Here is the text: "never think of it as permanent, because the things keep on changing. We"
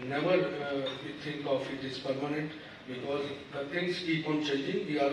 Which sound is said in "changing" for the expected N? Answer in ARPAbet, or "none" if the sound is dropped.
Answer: none